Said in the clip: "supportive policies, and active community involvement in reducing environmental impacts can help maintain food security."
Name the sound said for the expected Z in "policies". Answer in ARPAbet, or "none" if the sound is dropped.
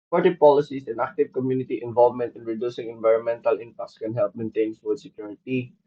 S